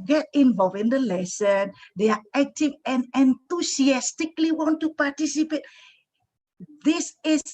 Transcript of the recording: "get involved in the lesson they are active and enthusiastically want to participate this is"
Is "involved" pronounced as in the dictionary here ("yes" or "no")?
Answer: no